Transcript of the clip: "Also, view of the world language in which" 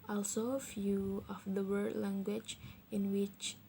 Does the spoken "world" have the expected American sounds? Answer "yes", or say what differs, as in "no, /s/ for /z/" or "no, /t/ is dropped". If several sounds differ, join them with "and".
no, /l/ is dropped